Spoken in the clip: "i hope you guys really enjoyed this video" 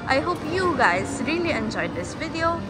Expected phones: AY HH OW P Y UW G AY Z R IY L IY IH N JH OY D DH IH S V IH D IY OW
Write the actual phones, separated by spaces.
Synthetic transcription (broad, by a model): AY HH OW P Y UW G AY Z R IY L IY IH N JH OY D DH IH S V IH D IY OW